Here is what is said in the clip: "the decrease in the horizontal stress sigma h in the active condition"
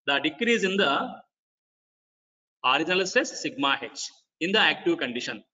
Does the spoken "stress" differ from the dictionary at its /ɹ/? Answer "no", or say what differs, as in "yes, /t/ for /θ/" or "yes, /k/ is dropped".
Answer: yes, /ɹ/ is dropped